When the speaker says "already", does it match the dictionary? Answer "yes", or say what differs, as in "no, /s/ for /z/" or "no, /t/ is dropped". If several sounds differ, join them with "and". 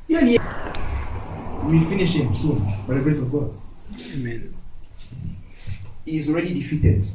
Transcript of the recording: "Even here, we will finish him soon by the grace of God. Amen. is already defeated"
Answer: yes